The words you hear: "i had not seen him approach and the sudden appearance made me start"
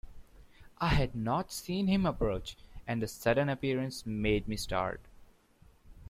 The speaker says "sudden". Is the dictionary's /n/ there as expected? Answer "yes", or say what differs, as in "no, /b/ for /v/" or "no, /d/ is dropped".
yes